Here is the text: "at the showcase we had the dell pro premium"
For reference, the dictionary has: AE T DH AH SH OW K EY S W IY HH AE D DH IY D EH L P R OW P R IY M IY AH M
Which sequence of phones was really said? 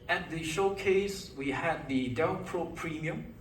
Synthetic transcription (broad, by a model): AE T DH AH SH OW K EY S W IY HH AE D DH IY D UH N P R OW P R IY M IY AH M